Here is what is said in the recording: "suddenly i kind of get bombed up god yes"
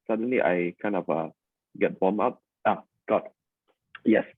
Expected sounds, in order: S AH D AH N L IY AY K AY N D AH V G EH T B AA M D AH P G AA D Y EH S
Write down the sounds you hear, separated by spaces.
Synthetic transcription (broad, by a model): S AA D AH N L IY AY K AY N D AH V G EH T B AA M AA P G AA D Y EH S